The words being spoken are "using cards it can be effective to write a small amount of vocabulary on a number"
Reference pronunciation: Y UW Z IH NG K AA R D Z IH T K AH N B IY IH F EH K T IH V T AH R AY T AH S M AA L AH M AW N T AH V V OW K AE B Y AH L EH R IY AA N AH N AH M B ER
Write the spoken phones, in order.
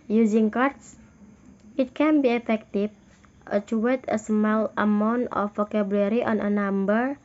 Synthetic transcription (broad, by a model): Y UW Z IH NG K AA R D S IH T K AH N B IY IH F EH K T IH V T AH W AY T AH S M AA L AH M AW N T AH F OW K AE B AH L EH R IY AA N AH N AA M B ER